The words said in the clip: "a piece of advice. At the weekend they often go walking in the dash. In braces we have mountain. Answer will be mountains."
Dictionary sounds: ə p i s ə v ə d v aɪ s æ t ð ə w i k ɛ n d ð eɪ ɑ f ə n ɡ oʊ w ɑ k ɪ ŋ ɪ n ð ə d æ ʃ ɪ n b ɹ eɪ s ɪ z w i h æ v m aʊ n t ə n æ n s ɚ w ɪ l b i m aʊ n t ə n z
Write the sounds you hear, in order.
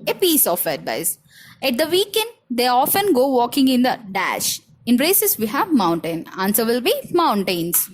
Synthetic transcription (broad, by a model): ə p i s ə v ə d b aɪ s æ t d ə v i k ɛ n d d eɪ ɑ f ə n ɡ oʊ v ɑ k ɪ ŋ ɪ n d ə d æ ʃ ɪ n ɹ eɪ s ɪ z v i h æ v m aʊ n t ə n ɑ n s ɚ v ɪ l b i m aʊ n t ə n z